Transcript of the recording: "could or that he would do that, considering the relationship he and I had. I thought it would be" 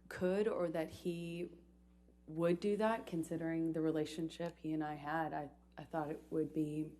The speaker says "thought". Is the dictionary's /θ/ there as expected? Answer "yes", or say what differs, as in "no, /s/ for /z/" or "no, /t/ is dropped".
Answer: yes